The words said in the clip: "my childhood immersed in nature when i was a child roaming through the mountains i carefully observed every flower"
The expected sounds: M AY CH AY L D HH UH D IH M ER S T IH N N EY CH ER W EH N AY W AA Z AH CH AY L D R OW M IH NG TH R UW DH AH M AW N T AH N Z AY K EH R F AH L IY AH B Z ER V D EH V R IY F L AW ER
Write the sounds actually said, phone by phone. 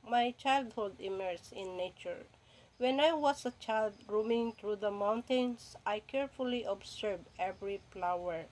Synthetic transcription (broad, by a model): M AY CH AY L D HH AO D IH M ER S IH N N EY CH ER W EH N AY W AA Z AH CH AY L D R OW M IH NG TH R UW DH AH M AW N T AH N S AY K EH R F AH L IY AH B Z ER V EH V R IY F L AW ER